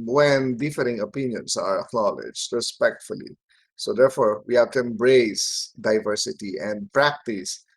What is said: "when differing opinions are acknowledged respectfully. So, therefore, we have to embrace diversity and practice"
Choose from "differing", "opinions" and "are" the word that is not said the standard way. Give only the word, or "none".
opinions